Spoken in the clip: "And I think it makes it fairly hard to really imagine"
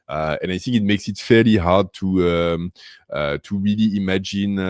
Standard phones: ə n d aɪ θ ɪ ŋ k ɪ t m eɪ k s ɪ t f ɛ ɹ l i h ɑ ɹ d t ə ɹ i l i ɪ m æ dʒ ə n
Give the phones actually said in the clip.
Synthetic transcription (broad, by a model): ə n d aɪ θ ɪ ŋ k ɪ t m eɪ k s ɪ t f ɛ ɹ l i h ɑ ɹ d t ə ɹ i l i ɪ m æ dʒ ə n